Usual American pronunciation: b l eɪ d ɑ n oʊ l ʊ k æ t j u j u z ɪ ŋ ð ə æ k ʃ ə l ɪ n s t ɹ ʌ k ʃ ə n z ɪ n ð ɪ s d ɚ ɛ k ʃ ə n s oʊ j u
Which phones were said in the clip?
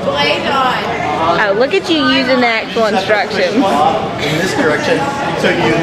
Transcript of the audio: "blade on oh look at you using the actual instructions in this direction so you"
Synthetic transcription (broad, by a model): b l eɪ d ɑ oʊ l ʊ k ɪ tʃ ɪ j u z ɪ ŋ ð ə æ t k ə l n s t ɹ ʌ k ʃ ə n ɪ n ð ɪ s d ɚ ɛ k ʃ ə n s oʊ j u